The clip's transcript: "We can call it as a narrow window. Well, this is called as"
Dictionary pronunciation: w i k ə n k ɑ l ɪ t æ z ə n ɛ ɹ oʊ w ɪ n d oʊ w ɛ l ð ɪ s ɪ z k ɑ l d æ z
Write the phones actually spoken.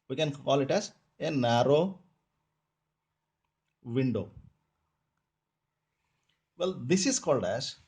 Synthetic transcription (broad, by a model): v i k ə n k ɑ l ɪ t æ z ə n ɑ ɹ oʊ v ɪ n d oʊ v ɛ l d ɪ s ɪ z k ɑ l d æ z